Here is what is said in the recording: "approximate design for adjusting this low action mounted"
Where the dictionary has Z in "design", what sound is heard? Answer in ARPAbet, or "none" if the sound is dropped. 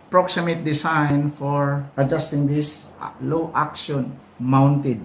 S